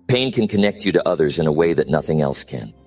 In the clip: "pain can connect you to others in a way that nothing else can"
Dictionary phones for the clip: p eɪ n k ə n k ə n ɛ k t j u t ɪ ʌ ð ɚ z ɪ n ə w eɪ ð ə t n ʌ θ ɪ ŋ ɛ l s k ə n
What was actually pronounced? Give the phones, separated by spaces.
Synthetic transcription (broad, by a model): p eɪ n k ə n k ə n ɛ k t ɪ t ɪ ʌ ð ɚ z ɪ n ə w eɪ ð ə t n ʌ θ ɪ ŋ ɛ l s k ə n